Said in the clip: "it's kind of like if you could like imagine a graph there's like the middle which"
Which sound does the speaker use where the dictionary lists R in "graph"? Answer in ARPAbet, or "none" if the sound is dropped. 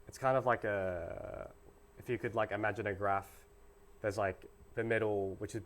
R